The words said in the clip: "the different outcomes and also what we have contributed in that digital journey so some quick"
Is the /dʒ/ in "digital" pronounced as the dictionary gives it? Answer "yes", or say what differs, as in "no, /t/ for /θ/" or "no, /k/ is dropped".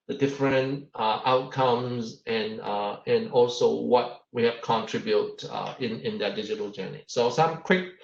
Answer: yes